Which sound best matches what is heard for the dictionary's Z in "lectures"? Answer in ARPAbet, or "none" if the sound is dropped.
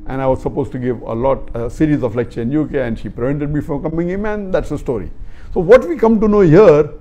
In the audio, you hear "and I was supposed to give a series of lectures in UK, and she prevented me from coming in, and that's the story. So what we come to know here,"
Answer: none